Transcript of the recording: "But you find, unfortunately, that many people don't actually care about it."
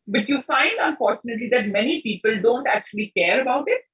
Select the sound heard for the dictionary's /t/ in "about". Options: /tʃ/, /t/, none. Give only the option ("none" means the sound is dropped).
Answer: /t/